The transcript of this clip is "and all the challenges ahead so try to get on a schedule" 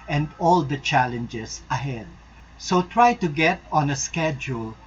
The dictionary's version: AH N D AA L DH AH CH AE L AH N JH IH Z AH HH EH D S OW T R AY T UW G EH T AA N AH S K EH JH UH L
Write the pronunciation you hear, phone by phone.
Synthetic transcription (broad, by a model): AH N D AA L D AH CH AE L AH N JH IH S AH HH EH D S OW T R AY T UW G EH T AA N AH S K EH JH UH L